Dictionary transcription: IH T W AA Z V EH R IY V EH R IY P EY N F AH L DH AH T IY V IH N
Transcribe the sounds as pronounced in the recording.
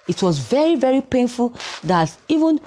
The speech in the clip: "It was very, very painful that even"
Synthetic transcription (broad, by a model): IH T W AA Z V EH R IY V EH R IY P EY N F AH L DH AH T IY V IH N